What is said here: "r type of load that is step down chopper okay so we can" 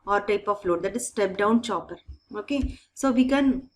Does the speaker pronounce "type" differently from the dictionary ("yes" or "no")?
no